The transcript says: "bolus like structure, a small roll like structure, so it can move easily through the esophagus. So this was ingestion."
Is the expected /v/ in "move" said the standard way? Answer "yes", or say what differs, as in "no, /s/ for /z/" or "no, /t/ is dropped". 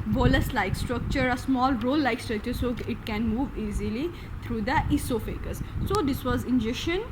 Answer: yes